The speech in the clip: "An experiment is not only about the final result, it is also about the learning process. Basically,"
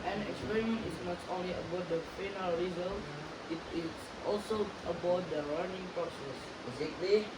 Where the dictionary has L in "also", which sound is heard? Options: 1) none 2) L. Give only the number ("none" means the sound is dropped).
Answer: 2